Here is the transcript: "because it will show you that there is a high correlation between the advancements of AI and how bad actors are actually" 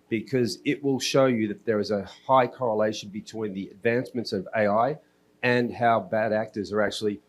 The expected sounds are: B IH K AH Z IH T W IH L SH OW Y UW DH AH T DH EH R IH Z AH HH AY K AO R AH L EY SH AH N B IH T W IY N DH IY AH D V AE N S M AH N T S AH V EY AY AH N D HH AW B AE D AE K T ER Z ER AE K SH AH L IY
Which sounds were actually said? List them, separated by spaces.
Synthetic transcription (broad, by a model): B IH K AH Z IH T W IH L SH OW Y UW DH AH T DH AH R IH Z AH HH AY K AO R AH L EY SH N B IH T W IY N DH IY AH D V AE N S M AH N T S AH V EY AY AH N HH AW B AE D AE K T ER Z ER AE K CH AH L IY